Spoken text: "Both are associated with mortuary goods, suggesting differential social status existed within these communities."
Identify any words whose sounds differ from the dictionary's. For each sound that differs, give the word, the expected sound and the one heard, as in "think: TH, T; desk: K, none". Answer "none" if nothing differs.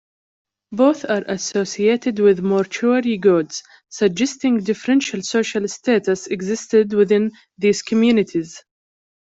none